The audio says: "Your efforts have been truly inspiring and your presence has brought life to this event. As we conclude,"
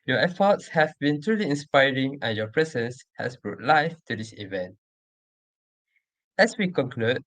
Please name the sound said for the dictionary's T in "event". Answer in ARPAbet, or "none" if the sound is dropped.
T